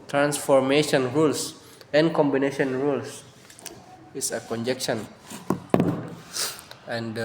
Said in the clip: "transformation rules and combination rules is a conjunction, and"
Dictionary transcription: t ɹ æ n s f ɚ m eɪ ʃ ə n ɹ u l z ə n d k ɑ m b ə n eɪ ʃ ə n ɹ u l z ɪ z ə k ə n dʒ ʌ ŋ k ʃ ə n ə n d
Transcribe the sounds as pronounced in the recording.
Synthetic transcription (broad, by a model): t ɹ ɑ n s f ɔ m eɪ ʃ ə n ɹ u l s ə n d k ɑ m b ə n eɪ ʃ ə n ɹ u l s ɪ s ə k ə n dʒ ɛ k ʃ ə n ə n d